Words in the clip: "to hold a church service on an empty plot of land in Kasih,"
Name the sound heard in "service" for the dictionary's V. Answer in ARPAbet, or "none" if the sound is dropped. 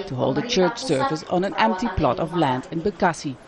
F